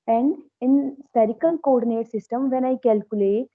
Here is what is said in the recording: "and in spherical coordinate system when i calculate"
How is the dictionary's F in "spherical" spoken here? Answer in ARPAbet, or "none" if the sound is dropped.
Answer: none